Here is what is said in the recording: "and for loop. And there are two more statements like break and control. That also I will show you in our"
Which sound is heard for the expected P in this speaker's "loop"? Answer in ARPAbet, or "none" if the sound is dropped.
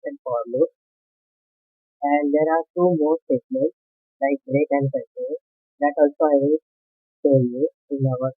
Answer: none